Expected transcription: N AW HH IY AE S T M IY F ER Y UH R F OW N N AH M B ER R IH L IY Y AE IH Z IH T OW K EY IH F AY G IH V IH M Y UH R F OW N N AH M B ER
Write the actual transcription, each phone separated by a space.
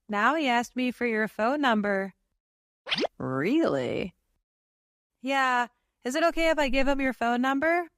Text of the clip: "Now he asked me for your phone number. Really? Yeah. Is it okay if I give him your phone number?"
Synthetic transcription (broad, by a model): N AW HH IY AE S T M IY F ER Y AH R F OW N N AH M B ER R IH L IY Y AE IH Z IH T OW K EY IH F AY G IH V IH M Y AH R F OW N N AH M B ER